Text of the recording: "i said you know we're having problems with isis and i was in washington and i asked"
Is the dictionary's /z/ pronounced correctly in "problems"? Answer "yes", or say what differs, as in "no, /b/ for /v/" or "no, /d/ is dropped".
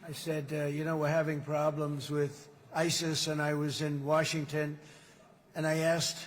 yes